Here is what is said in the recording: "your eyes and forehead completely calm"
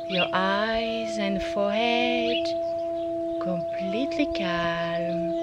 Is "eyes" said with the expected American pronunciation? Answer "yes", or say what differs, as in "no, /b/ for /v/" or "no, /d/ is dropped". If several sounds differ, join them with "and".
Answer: yes